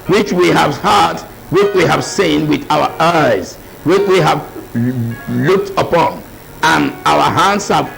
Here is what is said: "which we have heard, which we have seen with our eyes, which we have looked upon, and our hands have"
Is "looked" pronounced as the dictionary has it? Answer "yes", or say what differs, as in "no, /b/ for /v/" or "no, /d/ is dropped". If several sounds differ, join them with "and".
yes